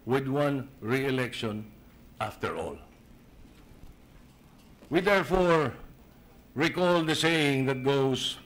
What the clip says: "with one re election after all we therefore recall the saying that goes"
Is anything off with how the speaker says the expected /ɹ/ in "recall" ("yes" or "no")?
no